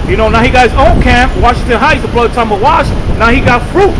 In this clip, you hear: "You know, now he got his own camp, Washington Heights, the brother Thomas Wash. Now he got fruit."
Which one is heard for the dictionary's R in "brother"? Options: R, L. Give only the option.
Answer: L